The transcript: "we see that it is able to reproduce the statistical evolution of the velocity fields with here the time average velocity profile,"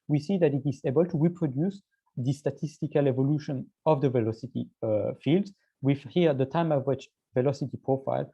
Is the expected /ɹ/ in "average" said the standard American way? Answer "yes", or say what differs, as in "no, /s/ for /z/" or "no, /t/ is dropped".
no, /w/ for /ɹ/